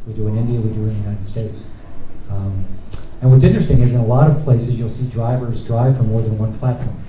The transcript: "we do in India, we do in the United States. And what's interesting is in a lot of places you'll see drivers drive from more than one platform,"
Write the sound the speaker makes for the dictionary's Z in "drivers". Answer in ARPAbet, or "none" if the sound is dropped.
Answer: Z